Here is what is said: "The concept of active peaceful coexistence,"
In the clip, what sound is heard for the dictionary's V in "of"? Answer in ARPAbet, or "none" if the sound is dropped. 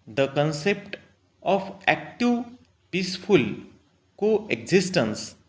P